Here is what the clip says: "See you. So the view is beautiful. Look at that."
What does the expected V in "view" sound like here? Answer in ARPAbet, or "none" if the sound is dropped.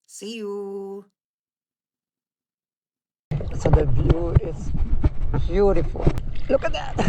B